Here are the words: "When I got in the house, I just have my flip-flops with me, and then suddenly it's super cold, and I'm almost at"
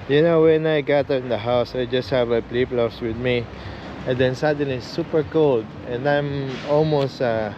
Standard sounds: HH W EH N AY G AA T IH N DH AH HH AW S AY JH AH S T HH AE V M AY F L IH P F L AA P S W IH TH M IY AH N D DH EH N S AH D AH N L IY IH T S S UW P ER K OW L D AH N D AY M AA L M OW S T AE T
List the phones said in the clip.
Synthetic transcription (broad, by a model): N W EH N AY G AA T IH N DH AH HH AW S AY JH AH S T HH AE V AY P L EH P L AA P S W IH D M IY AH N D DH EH N S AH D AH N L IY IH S S UW P ER K OW L D AH N D AY M AA L M OW S T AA